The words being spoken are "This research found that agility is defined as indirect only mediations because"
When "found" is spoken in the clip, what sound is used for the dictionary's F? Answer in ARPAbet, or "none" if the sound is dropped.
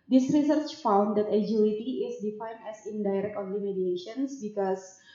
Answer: F